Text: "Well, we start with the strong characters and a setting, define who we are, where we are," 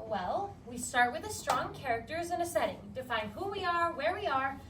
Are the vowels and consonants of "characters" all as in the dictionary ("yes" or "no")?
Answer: yes